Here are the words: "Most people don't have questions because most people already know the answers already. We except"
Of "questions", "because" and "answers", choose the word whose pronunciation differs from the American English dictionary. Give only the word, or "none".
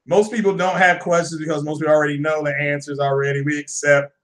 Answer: none